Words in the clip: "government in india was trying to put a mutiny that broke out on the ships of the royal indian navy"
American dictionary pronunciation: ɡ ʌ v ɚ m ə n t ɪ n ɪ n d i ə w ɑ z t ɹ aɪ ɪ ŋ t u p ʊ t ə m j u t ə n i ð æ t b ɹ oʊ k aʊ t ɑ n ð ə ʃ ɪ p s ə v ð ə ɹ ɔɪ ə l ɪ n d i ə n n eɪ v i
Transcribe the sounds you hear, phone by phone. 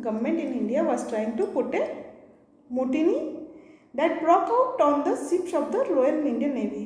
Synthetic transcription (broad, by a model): ɡ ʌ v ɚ m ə n t ɪ n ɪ n d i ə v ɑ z t ɹ aɪ ɪ ŋ t u p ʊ t ə m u t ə n i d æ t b ɹ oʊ k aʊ t ɑ n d ə s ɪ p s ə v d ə l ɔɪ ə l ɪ n d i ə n n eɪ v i